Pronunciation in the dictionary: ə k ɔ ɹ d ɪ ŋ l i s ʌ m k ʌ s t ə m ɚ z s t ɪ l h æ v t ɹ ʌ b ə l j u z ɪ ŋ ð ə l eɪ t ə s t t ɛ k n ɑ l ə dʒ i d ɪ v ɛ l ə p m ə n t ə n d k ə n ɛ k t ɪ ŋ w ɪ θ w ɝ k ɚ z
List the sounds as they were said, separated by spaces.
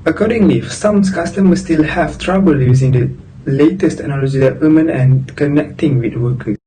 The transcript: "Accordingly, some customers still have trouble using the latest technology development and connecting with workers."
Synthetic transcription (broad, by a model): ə k ɔ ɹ d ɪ ŋ l i s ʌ m k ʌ s t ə m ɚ s t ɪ l h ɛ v t ɹ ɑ b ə l j u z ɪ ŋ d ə l eɪ t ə s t t ɛ k n ɑ l ə dʒ i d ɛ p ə m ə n ə n k ə n ɛ k t ɪ ŋ w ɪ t w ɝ k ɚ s